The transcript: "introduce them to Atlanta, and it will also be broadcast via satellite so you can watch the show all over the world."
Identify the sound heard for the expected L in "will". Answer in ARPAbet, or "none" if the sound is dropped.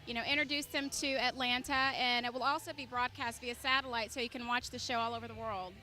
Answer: L